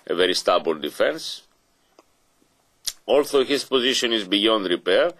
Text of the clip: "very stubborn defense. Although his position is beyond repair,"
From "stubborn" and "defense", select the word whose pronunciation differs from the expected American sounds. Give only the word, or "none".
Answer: stubborn